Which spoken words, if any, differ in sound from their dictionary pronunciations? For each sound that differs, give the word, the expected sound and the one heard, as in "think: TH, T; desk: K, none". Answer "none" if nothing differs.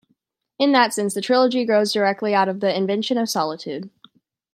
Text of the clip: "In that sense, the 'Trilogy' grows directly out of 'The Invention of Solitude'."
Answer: none